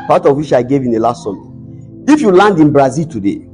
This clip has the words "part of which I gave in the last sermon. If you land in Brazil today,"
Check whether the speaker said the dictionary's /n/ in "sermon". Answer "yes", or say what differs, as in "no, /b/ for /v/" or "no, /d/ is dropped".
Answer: no, /n/ is dropped